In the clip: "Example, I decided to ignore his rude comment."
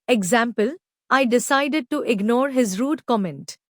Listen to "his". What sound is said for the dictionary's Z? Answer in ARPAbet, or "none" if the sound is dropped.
Z